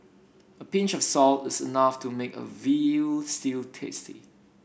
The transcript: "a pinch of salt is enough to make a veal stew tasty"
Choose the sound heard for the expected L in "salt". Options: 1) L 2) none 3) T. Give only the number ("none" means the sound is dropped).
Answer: 1